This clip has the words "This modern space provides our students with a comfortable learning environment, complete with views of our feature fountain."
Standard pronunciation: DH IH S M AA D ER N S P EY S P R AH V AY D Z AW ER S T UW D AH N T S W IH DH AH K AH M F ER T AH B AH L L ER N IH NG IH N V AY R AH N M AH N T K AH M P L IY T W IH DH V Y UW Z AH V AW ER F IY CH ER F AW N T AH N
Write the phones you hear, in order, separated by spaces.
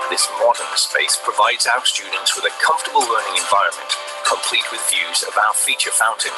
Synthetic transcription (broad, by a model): DH IH S M AA D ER N S P EY S P R AH V AY D Z AW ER S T UW D N T S W IH DH AH K AH M F T AH B AH L L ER N IH NG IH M V AY R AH N M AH N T K AH M P L IY T W IH DH V Y UW Z AH V AW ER F IY CH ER F AW N T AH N